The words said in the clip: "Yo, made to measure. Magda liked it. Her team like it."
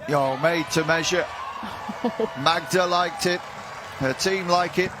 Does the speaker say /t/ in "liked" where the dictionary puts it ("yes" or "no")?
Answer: yes